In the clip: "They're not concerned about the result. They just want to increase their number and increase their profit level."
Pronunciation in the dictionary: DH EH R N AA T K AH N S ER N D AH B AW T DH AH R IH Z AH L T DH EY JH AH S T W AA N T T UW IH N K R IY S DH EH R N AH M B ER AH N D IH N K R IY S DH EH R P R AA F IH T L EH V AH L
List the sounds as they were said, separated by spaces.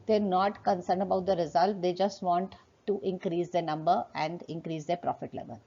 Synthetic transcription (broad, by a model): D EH R N AA T K AH N S ER N D AH B AW T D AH R IH Z AH L T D EY JH AH S T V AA N T T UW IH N K R IY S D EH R N AH M B ER AH N D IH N K R IY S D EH R P R AA F IH T L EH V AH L